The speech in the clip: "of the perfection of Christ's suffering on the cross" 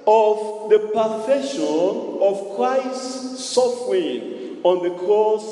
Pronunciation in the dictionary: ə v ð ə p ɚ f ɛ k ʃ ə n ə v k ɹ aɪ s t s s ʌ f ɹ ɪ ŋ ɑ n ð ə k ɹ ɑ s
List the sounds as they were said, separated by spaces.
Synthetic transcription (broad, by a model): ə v ð ə p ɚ f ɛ ʃ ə n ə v k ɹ aɪ s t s s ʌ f ɹ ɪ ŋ ɑ n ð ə k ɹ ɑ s